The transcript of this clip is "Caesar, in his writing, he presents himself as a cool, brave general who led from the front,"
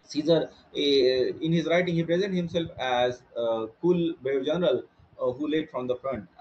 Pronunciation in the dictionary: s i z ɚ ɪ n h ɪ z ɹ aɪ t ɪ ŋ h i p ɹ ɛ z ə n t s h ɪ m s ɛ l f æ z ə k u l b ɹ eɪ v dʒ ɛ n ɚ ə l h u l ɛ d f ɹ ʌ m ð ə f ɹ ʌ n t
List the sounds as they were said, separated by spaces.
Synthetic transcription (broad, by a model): s i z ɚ ɪ n h ɪ z ɹ aɪ t ɪ ŋ h i p ɹ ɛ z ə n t h ɪ m s ɛ l f æ z k u l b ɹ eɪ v dʒ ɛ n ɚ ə l h u l ɛ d f ɹ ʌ m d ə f ɹ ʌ n t